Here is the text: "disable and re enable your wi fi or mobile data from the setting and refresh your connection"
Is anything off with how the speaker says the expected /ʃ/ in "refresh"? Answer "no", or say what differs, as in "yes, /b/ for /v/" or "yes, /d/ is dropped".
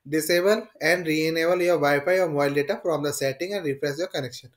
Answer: yes, /s/ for /ʃ/